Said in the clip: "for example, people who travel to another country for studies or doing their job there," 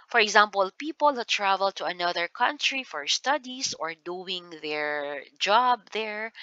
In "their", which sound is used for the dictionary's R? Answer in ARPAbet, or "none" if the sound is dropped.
R